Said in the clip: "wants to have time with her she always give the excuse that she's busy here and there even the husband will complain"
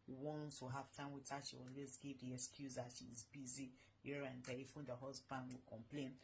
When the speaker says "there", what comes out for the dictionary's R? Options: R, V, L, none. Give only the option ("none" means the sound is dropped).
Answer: L